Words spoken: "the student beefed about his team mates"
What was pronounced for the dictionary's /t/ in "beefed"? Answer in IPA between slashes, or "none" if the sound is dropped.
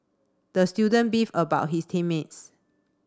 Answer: none